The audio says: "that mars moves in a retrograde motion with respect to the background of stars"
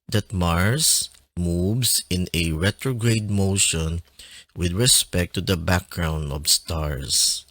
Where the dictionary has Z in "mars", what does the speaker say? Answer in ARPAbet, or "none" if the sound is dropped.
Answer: S